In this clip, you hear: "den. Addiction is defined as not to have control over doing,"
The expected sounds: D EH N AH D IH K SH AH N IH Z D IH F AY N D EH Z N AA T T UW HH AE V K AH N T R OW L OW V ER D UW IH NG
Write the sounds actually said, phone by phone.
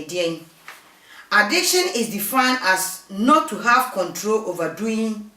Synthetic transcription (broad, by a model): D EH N AH D IH K SH AH N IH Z D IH F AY N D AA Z N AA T T UW HH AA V K AH N T R OW L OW V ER D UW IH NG